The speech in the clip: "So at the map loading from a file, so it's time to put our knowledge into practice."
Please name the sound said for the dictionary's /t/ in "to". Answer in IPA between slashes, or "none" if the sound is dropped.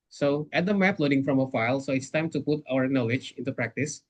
/t/